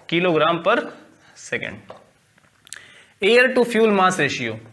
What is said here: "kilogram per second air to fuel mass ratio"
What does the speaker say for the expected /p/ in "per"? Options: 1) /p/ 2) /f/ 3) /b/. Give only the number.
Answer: 1